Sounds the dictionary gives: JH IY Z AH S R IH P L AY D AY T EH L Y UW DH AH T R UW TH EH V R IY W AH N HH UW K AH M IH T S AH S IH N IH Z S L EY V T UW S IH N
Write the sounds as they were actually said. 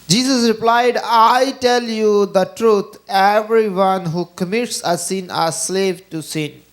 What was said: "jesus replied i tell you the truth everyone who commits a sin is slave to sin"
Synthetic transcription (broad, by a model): JH IY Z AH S R IH P L AY D AY T EH L Y UW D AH T R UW T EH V R IY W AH N HH UW K AH M IH T S AH S IH N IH S L EY V T UW S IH N